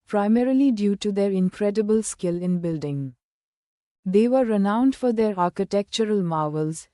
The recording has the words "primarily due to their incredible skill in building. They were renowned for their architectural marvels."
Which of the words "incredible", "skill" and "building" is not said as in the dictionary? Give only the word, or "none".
none